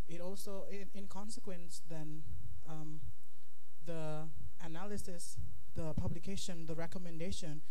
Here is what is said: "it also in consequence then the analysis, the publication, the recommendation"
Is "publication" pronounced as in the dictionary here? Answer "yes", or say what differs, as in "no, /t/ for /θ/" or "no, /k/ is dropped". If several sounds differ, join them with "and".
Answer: yes